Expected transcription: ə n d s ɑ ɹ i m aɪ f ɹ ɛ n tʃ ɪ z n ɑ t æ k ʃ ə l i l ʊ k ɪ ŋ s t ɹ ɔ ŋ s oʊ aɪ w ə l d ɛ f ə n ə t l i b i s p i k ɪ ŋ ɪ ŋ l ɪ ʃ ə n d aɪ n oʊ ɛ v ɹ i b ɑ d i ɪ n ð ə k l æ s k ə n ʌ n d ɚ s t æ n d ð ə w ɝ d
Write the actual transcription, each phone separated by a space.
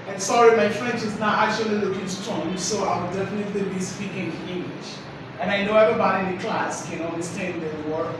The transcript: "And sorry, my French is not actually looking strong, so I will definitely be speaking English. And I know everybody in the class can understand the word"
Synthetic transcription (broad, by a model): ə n s ɑ ɹ i m aɪ f ɹ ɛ n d ɪ z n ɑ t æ k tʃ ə l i l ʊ k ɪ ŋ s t ɔ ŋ s oʊ aɪ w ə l d ɛ f ə n ə t l i b i s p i k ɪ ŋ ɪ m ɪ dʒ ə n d aɪ n oʊ ɛ v ɹ i b ɑ d i ɪ n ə k l æ s k ə n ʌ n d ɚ s t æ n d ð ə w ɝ